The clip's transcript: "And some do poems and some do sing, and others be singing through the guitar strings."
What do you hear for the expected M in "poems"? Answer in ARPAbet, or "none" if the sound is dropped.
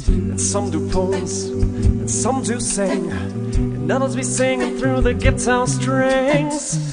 none